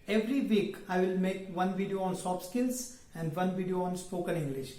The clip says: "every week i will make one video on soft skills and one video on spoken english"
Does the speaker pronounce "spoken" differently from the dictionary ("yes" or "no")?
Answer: yes